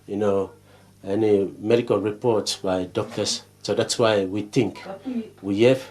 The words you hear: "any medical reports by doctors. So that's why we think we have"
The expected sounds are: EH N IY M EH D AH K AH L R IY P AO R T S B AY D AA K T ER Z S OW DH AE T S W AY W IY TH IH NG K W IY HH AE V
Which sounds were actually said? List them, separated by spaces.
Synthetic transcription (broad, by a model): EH N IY M EH D AH K AH L R IY P AO R T S B AY D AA K T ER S S OW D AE T S W AY W IY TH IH NG K W IY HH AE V